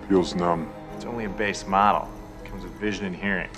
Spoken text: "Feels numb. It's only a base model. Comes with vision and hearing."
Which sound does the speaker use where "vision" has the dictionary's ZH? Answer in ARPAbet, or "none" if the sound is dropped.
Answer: ZH